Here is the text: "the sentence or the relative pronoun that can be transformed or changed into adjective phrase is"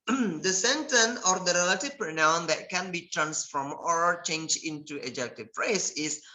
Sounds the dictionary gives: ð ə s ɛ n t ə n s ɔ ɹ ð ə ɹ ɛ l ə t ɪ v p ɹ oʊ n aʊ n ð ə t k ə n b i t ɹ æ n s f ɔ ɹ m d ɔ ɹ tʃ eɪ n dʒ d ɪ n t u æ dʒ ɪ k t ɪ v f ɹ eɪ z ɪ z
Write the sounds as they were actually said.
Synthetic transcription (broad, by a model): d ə s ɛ n t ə n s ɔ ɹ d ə ɹ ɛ l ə t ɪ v p ɹ oʊ n aʊ n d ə t k ə n b i t ɹ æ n s f ɔ m ɔ ɹ tʃ eɪ n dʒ ɪ n t u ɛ dʒ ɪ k t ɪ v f ɹ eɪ s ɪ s